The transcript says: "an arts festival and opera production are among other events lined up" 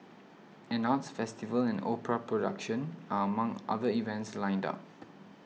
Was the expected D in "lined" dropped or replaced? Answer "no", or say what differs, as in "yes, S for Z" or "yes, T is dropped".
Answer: no